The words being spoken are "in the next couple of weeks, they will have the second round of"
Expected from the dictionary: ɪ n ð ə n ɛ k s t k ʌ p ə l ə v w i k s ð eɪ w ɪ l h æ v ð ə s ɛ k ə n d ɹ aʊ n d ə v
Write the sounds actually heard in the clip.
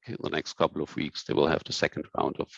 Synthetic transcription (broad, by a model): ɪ n ð ə n ɛ k s t k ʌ p l ə v w i k s ð eɪ w ɪ l h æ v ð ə s ɛ k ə n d ɹ aʊ n d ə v